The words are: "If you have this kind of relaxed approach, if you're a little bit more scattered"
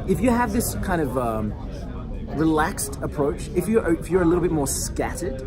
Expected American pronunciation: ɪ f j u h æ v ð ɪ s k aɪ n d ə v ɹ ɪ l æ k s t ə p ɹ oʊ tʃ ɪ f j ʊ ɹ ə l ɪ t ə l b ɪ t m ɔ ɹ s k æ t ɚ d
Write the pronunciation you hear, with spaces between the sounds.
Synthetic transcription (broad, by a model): ɪ f j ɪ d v ð ɪ s k aɪ n d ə v ɹ ɪ l æ k s t ə p ɹ oʊ tʃ ɪ f j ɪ ɹ ə l ɪ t l b ɪ t m ɔ ɹ s k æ t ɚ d